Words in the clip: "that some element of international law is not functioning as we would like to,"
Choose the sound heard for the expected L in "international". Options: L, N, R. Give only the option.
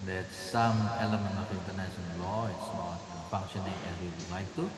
N